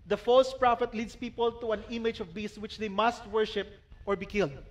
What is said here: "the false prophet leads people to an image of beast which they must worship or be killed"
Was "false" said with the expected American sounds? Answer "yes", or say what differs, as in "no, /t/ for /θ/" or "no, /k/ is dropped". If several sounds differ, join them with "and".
yes